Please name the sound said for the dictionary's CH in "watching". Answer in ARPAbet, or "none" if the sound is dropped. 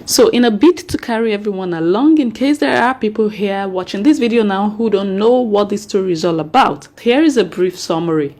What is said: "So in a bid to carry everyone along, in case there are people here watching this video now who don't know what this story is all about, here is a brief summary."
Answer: CH